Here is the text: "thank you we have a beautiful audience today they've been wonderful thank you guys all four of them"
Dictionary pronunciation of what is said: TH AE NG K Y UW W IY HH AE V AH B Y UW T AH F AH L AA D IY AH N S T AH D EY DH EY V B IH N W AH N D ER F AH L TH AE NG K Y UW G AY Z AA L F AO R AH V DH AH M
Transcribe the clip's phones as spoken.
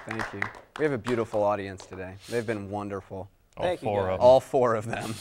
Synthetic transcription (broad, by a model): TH AE NG K Y UW W IY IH V AH B Y UW T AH F L AA D IY AH N S T AH D EY DH EY V B IH N W AH N D ER F L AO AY AA L F AO R AH V DH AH M